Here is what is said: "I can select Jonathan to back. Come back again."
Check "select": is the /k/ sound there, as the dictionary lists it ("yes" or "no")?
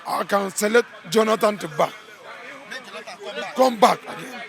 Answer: no